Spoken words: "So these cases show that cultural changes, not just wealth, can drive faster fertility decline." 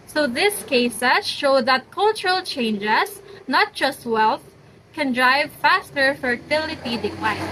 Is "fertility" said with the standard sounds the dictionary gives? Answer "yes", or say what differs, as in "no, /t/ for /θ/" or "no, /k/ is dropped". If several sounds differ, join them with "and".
yes